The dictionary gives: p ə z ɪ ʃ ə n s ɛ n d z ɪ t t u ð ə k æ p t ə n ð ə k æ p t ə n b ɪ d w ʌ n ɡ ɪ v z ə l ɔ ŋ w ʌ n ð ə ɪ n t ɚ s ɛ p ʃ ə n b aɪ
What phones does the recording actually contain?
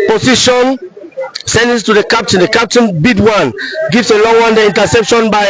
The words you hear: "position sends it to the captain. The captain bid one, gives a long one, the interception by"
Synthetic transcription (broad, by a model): p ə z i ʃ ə n s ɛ n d ɪ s t u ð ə k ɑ p t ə n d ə k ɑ p t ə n b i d w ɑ n ɡ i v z ə l ɔ ŋ w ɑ n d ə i n t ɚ s ɛ p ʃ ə n b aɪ